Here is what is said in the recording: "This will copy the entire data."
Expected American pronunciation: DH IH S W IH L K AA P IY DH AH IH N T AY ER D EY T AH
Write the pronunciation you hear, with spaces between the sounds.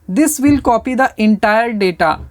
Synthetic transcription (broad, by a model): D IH S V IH L K AA P IY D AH IH N T AY ER D EY T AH